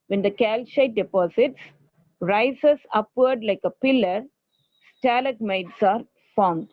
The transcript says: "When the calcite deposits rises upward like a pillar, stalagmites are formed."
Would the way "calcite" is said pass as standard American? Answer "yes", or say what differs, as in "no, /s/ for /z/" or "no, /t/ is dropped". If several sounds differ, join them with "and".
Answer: no, /ʃ/ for /s/